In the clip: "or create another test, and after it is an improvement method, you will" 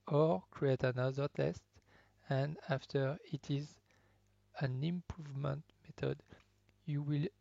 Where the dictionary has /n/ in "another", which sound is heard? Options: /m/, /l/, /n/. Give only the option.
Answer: /n/